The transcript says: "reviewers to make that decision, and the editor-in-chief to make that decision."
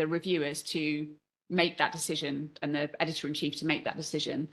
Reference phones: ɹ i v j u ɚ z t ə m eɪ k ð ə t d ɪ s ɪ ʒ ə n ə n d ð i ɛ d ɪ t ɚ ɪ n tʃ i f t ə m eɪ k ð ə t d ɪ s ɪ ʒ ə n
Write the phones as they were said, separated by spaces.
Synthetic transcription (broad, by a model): ɹ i v j u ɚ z t ə m eɪ k ð ə t d ɪ s ɪ ʒ ə n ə n ð i ɛ d ɪ t ɚ ɪ n tʃ i f t ə m eɪ k ð ə t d ɪ s ɪ ʒ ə n